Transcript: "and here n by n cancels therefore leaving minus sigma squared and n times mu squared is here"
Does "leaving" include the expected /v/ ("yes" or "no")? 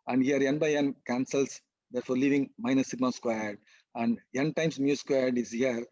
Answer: yes